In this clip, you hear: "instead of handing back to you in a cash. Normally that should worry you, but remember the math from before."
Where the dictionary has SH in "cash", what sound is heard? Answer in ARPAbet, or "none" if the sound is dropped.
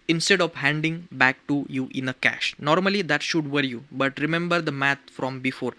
SH